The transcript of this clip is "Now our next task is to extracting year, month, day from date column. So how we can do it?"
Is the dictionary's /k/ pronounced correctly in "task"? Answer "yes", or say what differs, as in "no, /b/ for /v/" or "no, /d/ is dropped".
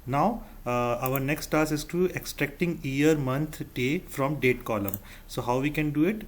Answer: no, /k/ is dropped